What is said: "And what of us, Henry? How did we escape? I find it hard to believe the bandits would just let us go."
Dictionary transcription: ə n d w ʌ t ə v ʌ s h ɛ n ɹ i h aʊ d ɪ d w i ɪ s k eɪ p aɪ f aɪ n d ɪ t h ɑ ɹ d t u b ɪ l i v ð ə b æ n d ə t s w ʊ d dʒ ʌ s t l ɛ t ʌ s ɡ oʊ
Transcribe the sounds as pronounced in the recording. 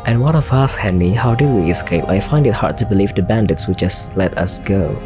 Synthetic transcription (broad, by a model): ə n w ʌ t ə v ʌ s h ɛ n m i h aʊ d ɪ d w i ɪ s k eɪ p aɪ f aɪ n d ɪ t h ɑ ɹ d t u b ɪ l i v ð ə b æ n d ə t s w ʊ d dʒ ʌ s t l ɛ t ʌ s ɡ oʊ